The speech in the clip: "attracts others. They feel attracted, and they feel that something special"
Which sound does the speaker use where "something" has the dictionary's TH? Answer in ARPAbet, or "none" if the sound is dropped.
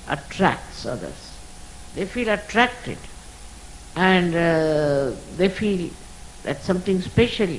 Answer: T